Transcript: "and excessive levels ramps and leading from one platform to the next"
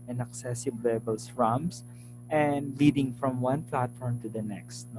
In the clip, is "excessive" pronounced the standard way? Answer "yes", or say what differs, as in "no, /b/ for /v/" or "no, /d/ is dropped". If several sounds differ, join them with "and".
no, /b/ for /v/